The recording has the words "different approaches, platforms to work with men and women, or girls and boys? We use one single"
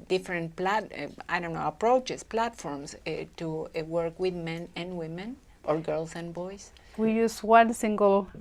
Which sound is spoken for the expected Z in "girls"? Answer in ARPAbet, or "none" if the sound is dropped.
S